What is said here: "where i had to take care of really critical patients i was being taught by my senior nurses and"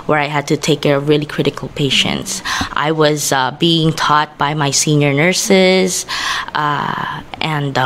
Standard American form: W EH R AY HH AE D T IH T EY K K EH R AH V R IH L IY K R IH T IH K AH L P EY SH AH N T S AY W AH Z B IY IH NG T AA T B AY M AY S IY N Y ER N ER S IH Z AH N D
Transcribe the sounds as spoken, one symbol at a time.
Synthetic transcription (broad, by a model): W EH R AY HH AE D T IH T EY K K EH R AH V R IH L IY K R IH T IH K AH L P EY SH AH N T S AY W AH Z B IY IH NG T AA T B AY M AY S IY N Y ER N ER S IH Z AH N D